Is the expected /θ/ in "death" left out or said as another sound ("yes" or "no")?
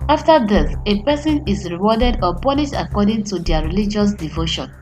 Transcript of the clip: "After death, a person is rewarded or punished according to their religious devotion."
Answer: yes